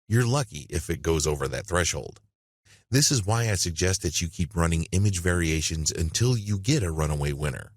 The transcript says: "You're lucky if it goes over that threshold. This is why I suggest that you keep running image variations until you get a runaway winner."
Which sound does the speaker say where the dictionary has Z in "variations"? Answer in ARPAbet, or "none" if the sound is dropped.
Z